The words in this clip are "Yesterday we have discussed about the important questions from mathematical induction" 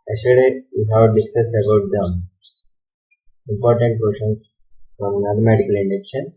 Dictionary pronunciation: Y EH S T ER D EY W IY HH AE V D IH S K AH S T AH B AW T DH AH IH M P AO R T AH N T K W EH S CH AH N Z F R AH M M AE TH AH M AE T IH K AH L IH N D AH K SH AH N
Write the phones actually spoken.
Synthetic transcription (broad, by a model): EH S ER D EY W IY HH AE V D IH S K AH S AH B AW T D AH IH M P AO R T AH N T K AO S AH N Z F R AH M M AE T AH M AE T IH K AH L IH N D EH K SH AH N